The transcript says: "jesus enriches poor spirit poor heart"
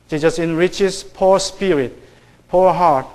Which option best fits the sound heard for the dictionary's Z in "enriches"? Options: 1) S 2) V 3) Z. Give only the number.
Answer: 1